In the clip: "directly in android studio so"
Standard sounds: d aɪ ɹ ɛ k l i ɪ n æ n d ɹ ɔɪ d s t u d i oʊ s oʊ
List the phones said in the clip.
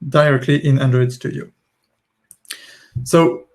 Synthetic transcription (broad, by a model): d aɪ ɹ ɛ k l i ɪ n æ n d ɹ ɔɪ d s t u d i oʊ s oʊ